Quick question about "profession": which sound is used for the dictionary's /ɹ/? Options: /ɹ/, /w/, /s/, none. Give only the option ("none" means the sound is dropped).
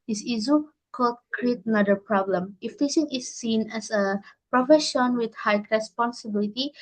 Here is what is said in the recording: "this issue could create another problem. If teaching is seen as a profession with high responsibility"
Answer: /ɹ/